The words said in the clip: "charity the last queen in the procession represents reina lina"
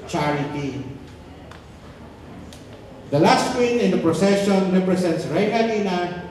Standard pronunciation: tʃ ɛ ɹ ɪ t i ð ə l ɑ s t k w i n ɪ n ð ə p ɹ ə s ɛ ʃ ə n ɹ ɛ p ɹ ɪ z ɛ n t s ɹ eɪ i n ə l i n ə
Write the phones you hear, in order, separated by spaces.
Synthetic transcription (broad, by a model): tʃ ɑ ɹ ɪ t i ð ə l ɑ s t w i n ɪ n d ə p ɹ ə s ɛ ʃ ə n ɹ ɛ p ɹ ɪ s ɛ n t s ɹ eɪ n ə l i n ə